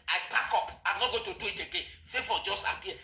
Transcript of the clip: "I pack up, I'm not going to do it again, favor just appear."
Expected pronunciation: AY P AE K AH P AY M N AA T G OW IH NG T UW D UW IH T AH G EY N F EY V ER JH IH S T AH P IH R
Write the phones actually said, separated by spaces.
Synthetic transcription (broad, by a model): AY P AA K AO P AY M N AA T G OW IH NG T UW D UW IH T AH G EY N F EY F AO JH IH S T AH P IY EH